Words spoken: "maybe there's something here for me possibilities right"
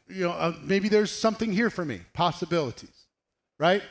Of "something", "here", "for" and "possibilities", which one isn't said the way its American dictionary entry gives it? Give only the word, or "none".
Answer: none